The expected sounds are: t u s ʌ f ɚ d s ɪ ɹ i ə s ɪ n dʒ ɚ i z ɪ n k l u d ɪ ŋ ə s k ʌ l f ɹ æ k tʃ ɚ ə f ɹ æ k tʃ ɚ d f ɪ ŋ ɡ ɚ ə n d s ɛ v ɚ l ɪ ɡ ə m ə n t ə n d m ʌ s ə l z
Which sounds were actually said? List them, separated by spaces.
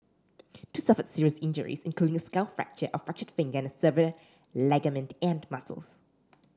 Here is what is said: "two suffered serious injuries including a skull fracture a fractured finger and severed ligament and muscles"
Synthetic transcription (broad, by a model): t u s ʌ f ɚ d s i ɹ i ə s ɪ n dʒ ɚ i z ɪ n k l u d ɪ ŋ ə s k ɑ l f ɹ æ k tʃ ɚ ə f ɹ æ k tʃ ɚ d f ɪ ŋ ɡ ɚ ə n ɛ s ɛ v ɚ l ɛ ɡ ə m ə n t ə n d m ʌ s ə l s